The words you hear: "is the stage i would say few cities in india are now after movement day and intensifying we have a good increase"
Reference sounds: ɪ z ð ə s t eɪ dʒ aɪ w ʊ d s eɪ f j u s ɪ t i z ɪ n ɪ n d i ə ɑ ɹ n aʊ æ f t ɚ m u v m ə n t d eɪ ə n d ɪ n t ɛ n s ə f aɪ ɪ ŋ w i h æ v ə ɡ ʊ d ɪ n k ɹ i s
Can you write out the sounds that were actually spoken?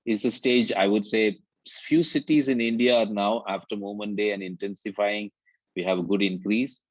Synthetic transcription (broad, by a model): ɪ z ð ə s t eɪ dʒ aɪ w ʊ d s eɪ f j u s ɪ t i z ɪ n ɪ n d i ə ɑ ɹ n aʊ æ f t ɚ m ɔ m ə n d eɪ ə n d ɪ n t ɛ n s ə f aɪ ɪ ŋ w i h æ v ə ɡ ʊ d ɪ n k ɹ i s